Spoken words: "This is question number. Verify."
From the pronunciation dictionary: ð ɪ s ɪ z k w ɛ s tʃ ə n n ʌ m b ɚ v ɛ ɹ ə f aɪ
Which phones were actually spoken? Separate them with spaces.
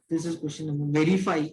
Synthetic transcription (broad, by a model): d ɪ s ɪ z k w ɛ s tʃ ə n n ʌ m ɚ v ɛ ɹ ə f aɪ